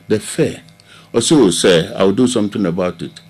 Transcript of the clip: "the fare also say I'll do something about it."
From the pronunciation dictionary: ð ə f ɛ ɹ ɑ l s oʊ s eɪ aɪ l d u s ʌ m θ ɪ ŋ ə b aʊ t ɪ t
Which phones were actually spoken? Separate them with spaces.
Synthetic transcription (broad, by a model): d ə f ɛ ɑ s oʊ s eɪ aɪ w d u s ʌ m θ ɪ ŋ ə b aʊ t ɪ t